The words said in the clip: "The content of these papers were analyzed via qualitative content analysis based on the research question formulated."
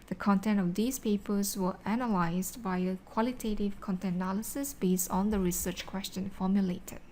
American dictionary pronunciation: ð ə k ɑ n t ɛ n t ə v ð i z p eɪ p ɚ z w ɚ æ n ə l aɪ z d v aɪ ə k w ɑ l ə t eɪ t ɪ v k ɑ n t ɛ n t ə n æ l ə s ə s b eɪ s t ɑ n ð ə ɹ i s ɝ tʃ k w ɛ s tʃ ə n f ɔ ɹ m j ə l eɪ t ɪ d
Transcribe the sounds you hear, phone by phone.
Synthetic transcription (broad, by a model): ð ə k ɑ n t ɛ n t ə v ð i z p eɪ p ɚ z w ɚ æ n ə l aɪ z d b aɪ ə k w ɑ l ə t eɪ t ɪ v k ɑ n t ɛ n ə n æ l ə s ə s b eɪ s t ɑ n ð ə ɹ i s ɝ tʃ k w ɛ s tʃ ə n f ɔ m j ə l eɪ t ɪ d